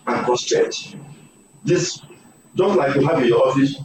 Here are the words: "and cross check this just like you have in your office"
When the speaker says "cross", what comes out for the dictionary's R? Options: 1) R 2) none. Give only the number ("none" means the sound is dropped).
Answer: 2